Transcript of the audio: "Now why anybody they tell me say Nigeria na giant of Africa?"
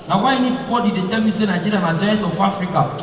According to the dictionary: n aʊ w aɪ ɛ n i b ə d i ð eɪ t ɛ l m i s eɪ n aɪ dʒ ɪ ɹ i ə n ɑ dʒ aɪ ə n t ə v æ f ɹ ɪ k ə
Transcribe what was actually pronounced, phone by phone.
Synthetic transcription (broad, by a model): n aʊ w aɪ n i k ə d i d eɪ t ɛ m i s eɪ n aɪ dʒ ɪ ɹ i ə n ɑ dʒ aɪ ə t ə f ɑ f ɹ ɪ k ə